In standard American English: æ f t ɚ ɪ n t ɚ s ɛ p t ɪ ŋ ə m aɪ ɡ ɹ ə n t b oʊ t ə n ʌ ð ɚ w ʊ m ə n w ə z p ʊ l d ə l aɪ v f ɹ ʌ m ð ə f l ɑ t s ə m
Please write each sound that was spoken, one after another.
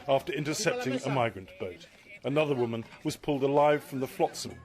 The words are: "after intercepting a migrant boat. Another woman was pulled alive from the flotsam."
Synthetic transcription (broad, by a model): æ f t ɚ ɪ n t ɚ s ɛ p t ɪ ŋ ə m aɪ ɡ ɹ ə n b oʊ t ə n ʌ ð ɚ w ʊ m ə n w ə z p ʊ l d ə l aɪ v f ɹ ʌ m ð ə f l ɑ t s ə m